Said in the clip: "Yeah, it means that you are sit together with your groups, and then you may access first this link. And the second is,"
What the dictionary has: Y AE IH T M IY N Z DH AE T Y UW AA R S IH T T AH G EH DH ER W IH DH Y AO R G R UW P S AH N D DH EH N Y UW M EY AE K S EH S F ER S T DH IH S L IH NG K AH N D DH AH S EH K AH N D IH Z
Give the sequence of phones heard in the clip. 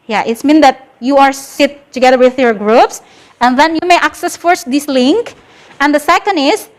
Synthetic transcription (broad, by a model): Y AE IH T M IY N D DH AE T Y UW AA R S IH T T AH G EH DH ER W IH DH Y AO R G R UW P S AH N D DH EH N Y UW M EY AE K S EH S F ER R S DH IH S L IH NG K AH N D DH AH S EH K AH N D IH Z